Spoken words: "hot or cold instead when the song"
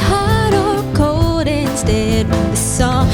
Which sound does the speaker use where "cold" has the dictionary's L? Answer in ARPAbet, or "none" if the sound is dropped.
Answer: none